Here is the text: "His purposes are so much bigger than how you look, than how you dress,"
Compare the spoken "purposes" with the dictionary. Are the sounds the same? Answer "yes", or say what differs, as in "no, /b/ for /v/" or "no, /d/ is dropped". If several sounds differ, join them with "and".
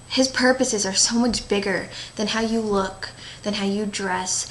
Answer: yes